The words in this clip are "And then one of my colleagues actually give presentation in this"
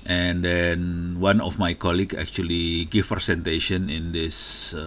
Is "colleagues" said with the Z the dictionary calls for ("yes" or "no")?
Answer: no